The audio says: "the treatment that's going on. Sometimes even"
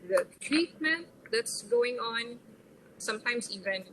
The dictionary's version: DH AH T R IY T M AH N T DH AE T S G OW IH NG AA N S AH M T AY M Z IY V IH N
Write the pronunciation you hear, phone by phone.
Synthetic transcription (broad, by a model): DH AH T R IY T M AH N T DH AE T S G OW IH NG AA N S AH M T AY M S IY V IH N